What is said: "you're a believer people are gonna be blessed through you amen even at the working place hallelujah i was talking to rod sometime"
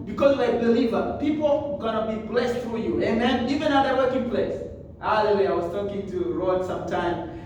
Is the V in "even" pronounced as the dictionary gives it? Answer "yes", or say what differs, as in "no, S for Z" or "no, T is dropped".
yes